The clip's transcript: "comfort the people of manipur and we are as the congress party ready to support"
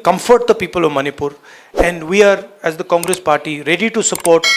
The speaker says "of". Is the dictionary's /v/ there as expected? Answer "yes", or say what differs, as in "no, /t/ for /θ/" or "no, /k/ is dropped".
yes